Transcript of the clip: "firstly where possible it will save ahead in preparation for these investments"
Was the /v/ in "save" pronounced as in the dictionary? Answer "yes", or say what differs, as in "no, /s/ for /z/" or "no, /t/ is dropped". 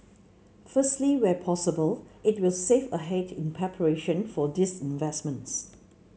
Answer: no, /f/ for /v/